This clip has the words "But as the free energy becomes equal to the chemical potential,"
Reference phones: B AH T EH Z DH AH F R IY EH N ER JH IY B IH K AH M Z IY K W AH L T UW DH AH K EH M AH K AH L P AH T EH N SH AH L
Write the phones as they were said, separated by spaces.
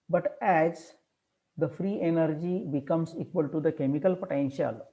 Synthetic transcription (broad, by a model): B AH T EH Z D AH F R IY EH N ER JH IY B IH K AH M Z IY K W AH L T UW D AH K EH M AH K AH L P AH T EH N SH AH L